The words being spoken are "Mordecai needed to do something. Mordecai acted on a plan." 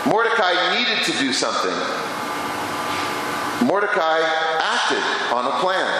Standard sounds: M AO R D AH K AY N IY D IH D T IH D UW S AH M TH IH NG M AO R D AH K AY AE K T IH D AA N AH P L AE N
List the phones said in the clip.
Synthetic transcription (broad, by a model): M AO R D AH K AY N IY D IH D T IH D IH S AH M TH IH NG M AO R D AH K AY AE K T IH D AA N AH P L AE N